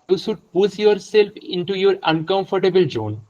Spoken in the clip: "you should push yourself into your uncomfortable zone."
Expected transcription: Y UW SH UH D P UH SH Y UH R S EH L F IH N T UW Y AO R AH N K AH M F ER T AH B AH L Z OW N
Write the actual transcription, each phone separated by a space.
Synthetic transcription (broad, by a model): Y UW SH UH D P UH S Y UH R S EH L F IH N T UW Y AO R AH N K AH M F ER T AH B AH L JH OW N